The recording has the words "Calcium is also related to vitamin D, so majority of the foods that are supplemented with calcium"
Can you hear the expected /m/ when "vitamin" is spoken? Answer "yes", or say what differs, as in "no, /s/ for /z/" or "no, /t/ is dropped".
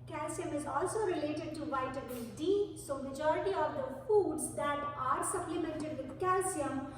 no, /m/ is dropped